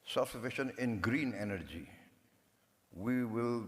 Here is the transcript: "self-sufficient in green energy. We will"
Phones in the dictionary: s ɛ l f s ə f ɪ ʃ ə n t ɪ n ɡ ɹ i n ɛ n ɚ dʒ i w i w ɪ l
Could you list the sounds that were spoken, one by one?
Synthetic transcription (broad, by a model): s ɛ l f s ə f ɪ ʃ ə n ɪ n ɡ ɹ i n ɛ n ɚ dʒ i w i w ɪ l